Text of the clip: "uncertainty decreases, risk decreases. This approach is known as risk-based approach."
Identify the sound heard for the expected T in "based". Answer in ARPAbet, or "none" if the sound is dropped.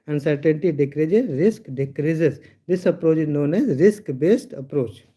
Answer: T